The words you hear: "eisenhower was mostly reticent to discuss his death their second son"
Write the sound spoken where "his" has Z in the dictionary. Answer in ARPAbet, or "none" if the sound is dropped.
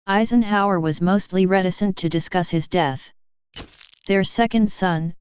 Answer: Z